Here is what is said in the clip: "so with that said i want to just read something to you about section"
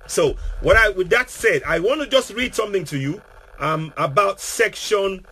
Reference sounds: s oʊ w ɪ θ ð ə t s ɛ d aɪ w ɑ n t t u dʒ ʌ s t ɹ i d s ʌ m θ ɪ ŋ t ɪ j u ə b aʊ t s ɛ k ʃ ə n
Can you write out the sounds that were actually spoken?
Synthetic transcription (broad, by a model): s oʊ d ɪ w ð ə t s ɛ d aɪ w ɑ n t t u dʒ ʌ s t ɹ i d s ʌ m θ ɪ ŋ t ɪ j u ə b aʊ t s ɛ k ʃ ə n